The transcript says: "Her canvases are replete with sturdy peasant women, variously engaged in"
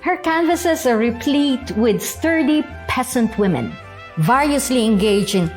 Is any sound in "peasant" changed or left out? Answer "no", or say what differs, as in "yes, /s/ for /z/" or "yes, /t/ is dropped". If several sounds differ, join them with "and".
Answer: yes, /s/ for /z/